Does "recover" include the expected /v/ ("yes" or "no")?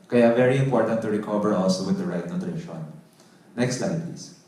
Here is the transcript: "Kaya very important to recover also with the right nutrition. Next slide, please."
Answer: no